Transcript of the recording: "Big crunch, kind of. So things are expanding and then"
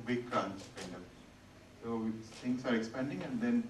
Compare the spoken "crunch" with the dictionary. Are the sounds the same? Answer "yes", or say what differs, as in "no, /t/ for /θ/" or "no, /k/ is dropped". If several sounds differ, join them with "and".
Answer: no, /s/ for /tʃ/